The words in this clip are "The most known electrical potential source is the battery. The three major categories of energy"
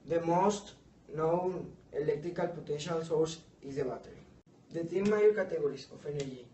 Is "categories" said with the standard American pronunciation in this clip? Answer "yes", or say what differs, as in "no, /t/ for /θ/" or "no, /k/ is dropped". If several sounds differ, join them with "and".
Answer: no, /s/ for /z/